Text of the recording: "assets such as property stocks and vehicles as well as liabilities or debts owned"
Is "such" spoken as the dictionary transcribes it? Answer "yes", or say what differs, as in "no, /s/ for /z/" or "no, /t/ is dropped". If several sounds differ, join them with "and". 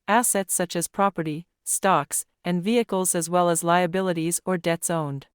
yes